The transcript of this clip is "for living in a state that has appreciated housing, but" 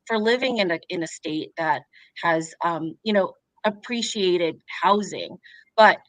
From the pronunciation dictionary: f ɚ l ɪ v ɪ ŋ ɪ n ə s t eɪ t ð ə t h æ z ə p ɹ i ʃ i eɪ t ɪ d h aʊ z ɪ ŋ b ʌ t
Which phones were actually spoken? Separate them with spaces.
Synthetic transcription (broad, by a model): f ɚ l ɪ v ɪ ŋ ɪ n ə s t eɪ t ð ə t h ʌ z ə p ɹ i ʃ i eɪ t ɪ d h aʊ z ɪ ŋ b ʌ t